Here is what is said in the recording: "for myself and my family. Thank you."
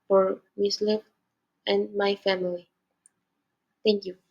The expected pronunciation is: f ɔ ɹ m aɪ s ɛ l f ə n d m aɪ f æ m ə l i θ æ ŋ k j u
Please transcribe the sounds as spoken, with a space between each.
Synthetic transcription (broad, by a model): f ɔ ɹ m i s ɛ f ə n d m aɪ f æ m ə l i t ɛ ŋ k j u